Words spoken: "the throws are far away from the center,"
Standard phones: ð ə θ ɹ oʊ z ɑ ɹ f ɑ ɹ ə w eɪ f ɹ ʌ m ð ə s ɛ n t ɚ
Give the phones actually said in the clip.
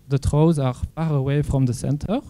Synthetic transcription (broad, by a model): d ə t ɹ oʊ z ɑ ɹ p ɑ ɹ ə w eɪ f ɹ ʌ m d ə s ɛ n t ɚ